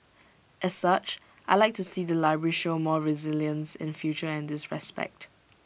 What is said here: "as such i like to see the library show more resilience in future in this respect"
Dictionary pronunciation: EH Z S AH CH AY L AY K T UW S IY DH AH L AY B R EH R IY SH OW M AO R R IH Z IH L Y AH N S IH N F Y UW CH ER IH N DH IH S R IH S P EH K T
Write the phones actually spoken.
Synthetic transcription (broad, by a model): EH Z S AH CH AY L AY K T UW S IY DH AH L AY B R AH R IY SH OW M AO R R IH Z IH L Y AH N S IH N F Y UW CH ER IH N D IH S R IH S P EH K T